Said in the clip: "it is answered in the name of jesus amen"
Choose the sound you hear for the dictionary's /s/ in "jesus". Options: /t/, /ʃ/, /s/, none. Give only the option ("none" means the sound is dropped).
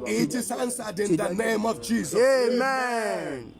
none